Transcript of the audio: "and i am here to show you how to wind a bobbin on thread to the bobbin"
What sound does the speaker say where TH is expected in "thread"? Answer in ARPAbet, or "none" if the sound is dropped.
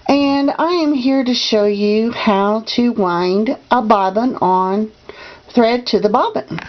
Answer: TH